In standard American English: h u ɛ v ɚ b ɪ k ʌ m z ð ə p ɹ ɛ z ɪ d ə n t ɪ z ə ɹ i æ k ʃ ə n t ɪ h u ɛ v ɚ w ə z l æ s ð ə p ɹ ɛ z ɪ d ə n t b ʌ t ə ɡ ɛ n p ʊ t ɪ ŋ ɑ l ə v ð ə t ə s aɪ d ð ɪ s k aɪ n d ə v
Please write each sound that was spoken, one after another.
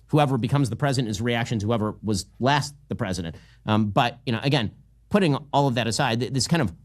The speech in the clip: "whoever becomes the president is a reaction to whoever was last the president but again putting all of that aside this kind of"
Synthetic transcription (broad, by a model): h u ɛ v ɚ b ɪ k ʌ m z ð ə p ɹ ɛ z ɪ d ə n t ɪ z ə ɹ i æ k ʃ ə n t ɪ h u ɛ v ɚ w ə z l æ s ð ə p ɹ ɛ z ɪ d ə n t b ʌ t ə ɡ ɛ n p ʊ t ɪ ŋ ɑ l ə v ð ə t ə s aɪ d ð ɪ s k aɪ n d ə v